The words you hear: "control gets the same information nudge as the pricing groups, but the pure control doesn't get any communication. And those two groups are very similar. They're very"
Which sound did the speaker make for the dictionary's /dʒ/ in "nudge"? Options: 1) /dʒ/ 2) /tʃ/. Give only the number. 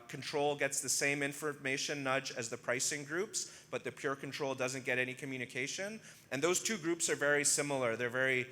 1